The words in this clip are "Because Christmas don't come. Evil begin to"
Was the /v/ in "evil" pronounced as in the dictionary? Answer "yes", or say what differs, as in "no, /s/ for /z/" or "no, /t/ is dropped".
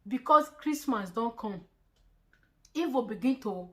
no, /f/ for /v/